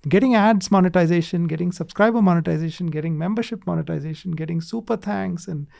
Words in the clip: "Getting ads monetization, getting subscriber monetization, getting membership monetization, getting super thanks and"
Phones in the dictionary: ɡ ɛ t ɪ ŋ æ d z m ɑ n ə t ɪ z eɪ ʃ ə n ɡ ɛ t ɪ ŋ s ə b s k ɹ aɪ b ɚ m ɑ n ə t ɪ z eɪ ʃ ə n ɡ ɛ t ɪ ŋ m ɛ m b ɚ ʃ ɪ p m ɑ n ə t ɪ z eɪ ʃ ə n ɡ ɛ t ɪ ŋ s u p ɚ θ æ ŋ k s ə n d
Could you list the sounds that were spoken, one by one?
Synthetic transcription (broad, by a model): ɡ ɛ t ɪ ŋ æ d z m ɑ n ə t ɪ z eɪ ʃ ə n ɡ ɛ t ɪ ŋ s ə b s k ɹ aɪ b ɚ m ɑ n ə t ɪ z eɪ ʃ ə n ɡ ɛ t ɪ ŋ m ɛ m b ɚ ʃ ɪ p m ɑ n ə t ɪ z eɪ ʃ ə n ɡ ɛ t ɪ ŋ s u p ɚ t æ ŋ k s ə n d